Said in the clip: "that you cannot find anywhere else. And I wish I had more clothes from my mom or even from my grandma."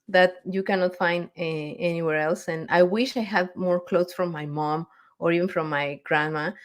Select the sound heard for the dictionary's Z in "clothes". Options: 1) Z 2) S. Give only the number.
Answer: 2